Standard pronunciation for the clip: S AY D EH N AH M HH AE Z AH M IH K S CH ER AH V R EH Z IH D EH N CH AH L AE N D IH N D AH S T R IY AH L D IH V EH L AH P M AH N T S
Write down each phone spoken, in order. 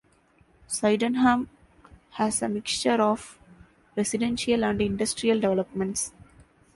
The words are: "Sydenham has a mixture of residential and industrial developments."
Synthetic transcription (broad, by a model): S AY D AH N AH M HH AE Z AH M IH K S CH ER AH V R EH S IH D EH N SH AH L AE N D IH N D AH S T R IY AH L D IH V EH L AH P M AH N T S